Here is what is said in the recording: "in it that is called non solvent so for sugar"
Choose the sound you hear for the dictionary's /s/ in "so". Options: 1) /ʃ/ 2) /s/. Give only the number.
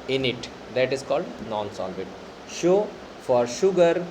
1